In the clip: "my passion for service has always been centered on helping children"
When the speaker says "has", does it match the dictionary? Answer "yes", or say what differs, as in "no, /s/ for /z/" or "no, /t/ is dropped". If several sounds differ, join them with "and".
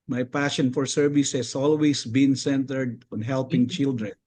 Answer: no, /s/ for /z/